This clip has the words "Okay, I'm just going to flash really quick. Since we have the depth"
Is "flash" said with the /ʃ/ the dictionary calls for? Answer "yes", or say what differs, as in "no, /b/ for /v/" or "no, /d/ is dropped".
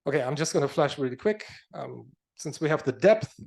yes